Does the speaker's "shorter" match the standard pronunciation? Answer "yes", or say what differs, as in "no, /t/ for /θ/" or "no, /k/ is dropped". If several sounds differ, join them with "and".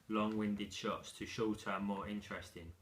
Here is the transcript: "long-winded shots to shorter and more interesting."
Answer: no, /l/ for /ɹ/